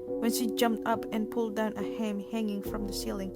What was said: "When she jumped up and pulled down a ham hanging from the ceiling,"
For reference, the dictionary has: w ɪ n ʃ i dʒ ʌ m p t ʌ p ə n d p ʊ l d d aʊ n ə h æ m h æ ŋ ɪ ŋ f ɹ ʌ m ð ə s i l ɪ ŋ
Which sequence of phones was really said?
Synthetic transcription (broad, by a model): w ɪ n ʃ i dʒ ʌ m p t ʌ p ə n p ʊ l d d aʊ n ə h æ m h æ ŋ ɪ ŋ f ɹ ʌ m ð ə s i l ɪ ŋ